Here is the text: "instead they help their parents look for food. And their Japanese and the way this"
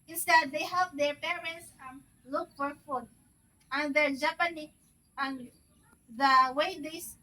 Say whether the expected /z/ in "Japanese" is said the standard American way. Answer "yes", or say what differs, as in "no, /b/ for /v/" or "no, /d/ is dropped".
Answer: no, /z/ is dropped